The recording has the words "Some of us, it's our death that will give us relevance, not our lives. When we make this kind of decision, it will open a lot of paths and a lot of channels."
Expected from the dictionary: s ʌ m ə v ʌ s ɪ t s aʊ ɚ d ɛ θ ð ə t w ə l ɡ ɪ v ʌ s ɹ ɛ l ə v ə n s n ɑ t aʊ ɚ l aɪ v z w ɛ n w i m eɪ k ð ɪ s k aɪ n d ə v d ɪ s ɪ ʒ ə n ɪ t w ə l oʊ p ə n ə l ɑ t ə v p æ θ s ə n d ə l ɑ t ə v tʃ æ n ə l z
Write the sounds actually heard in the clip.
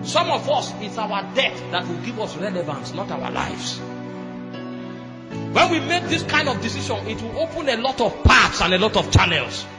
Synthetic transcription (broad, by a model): s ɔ m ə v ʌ s ɪ t s aʊ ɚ d ɛ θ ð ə t w ə l ɡ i v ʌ s ɹ ɛ l ə v ə n s n ɑ t aʊ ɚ l aɪ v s w ɛ n w i m eɪ k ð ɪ s k aɪ n d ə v d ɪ s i ʃ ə n ɪ t w ə l oʊ p ə n ə l ɑ t ə v p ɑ t s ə n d ə l ɑ t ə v tʃ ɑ n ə l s